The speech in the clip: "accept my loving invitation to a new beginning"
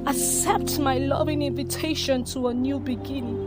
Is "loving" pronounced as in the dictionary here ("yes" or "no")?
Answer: yes